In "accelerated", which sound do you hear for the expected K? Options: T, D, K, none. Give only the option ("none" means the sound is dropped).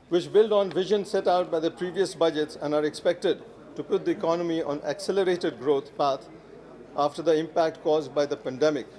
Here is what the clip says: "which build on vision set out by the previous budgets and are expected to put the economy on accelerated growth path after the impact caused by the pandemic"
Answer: K